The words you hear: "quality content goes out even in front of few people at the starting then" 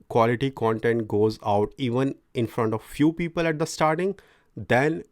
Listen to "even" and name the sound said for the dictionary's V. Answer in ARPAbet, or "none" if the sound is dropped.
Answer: V